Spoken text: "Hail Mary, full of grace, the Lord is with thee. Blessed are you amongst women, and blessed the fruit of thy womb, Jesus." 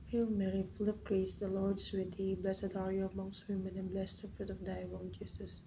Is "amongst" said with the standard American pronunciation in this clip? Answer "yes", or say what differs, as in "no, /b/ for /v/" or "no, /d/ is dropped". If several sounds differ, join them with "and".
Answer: yes